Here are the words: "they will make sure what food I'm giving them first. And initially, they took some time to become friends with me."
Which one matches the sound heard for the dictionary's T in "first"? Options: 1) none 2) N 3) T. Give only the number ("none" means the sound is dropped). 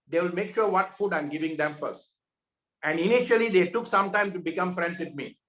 3